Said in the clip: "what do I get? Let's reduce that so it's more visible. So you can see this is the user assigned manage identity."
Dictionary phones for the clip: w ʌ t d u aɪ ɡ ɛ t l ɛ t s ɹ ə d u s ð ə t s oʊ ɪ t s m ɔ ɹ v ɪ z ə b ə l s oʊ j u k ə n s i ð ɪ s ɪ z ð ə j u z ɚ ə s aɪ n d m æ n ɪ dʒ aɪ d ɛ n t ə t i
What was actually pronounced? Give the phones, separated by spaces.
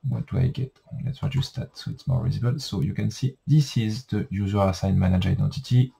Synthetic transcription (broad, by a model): w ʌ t d u aɪ ɡ ɛ t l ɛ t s w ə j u s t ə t s oʊ ɪ t s m ɔ ɹ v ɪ z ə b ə l s oʊ j u k ə n s i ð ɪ s ɪ z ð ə j u z ɚ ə s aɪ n m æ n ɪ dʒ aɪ d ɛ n t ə t i